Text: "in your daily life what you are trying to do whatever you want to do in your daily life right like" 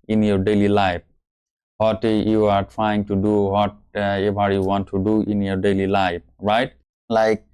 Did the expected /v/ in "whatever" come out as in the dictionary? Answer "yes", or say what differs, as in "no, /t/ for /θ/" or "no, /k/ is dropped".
no, /b/ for /v/